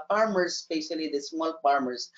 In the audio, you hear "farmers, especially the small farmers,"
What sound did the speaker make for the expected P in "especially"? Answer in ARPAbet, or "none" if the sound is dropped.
none